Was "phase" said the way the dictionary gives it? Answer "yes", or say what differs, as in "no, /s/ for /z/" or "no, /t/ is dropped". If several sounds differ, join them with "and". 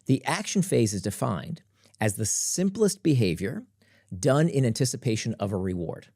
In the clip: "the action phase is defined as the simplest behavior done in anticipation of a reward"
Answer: yes